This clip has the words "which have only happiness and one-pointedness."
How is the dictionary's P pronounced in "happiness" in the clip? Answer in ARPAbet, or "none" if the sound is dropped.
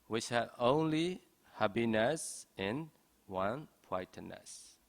B